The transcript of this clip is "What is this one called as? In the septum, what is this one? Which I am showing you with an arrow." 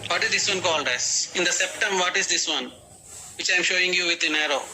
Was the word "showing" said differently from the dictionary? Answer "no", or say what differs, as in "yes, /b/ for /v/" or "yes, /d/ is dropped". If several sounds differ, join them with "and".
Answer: no